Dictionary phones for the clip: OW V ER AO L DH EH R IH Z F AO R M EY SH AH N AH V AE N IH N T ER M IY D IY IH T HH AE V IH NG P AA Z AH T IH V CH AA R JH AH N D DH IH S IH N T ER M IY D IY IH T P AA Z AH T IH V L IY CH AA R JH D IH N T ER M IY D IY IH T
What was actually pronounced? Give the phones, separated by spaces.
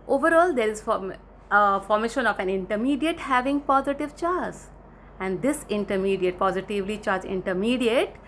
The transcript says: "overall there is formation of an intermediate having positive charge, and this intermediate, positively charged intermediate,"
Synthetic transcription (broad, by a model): OW V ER AO L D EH R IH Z F AO R M EY SH AH N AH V AE N IH N T ER M IY D IY IH T HH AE V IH NG P AA Z AH T IH V CH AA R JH AH N D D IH S IH N T ER M IY D IY IH T P AA Z AH T IH V L IY CH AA R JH IH N T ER M IY D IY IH T